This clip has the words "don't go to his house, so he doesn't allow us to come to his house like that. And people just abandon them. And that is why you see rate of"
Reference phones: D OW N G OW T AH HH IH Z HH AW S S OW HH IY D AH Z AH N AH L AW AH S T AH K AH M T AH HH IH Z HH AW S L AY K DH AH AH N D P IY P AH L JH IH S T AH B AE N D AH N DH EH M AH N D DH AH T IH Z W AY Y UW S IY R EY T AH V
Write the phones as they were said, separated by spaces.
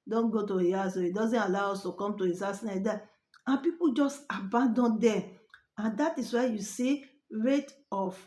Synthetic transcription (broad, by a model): D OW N G OW T AH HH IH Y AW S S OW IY D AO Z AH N AH L AW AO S T AH K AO M T AH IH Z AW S N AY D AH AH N P IY P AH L JH IH S T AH B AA N D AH N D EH AH N D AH T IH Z W AY Y UW S IY R EY T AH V